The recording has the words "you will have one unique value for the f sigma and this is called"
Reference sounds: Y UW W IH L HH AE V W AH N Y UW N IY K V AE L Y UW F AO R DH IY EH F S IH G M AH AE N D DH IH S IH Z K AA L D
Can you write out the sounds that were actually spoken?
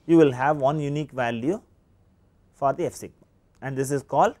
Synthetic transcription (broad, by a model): Y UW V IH L HH AE V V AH N Y UW N IY K V AE L Y UW F AO R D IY EH F S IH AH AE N D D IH S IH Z K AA L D